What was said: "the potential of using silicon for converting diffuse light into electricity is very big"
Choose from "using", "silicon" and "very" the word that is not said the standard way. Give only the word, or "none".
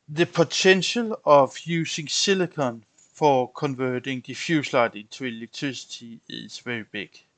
using